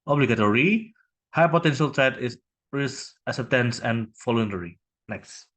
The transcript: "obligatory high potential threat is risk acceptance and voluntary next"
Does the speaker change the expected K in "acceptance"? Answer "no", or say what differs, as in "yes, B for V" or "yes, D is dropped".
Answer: yes, K is dropped